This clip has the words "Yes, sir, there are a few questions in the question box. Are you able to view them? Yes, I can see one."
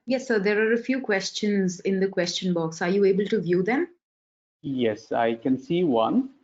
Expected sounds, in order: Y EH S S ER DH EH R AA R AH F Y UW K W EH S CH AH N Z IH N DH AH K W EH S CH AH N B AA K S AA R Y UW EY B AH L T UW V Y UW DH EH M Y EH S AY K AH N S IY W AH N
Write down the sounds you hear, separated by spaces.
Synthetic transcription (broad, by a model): Y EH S S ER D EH R AA R AH F Y UW K W EH S CH AH N Z IH N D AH K W EH S CH AH N B AA K S AA R Y UW EY B AH L T UW V Y UW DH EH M Y EH S AY K AH N S IY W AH N